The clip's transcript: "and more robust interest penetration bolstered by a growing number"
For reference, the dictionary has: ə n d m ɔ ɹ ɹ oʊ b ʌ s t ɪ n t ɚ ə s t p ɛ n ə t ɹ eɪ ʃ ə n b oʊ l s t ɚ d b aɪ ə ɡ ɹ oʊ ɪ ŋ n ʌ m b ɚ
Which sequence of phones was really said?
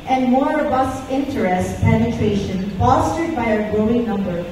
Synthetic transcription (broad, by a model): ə n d m ɔ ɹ ɹ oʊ b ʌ s t ɪ n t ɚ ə s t p ɛ n ə t ɹ eɪ ʃ ə n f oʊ s t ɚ d b aɪ ə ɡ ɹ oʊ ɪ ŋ n ʌ m b ɚ